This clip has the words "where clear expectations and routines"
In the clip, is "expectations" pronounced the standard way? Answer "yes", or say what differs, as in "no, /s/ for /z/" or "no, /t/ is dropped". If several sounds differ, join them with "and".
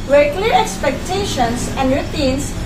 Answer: no, /s/ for /z/